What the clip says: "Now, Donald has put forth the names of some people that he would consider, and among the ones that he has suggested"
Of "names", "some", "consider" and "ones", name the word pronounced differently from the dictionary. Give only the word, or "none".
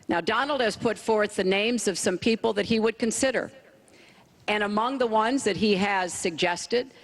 none